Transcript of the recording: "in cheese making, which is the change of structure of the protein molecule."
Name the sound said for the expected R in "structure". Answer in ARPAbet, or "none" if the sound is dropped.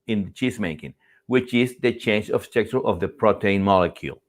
none